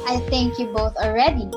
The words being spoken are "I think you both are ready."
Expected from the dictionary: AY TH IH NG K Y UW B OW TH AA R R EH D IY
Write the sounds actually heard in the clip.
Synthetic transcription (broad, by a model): AY TH IH NG K Y UW B OW TH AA L R EH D IY